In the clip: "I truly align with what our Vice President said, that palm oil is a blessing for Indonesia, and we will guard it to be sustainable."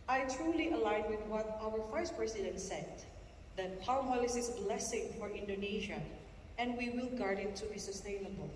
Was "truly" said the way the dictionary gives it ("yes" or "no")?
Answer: yes